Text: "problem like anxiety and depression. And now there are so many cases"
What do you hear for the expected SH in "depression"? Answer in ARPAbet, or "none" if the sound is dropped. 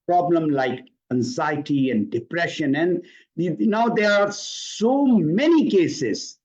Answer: SH